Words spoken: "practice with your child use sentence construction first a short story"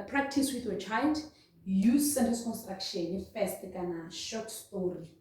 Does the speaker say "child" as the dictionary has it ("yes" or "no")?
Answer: yes